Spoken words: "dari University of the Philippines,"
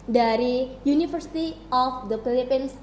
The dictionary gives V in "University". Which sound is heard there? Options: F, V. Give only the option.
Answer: F